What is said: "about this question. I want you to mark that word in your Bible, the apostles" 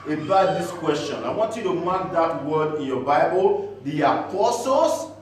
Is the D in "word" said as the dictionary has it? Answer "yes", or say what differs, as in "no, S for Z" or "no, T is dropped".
yes